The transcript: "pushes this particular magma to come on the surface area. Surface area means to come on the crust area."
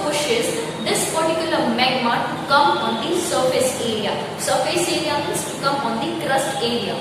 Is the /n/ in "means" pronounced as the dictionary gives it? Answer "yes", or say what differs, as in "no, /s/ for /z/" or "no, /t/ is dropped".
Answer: no, /n/ is dropped